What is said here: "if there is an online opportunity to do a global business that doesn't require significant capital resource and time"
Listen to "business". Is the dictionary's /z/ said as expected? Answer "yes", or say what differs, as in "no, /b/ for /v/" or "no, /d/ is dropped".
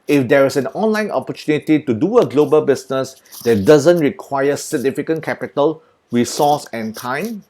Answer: no, /s/ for /z/